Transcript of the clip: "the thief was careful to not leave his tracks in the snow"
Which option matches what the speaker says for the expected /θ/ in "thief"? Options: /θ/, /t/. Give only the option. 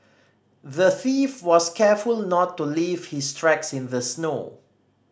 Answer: /θ/